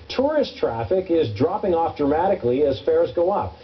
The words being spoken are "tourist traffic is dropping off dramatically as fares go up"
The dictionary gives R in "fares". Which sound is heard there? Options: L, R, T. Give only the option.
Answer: R